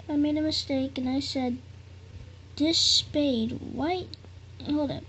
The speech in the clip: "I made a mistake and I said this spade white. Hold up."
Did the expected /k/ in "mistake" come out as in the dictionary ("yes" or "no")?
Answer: yes